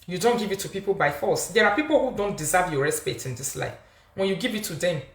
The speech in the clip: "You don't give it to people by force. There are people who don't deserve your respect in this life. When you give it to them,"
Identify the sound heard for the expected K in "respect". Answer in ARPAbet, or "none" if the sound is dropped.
none